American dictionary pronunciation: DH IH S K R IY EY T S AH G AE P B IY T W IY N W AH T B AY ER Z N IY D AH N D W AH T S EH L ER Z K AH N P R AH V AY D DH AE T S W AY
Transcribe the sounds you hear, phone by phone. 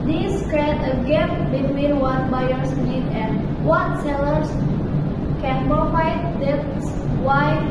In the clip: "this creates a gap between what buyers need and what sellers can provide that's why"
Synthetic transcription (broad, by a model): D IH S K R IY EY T AH G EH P B IY T W IY N W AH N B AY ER S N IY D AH N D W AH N S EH L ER S K AH N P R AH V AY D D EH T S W AY